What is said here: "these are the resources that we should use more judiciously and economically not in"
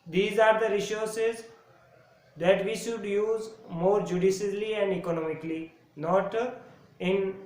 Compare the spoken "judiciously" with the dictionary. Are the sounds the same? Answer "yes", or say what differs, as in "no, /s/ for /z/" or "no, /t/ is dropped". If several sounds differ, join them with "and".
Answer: no, /s/ is dropped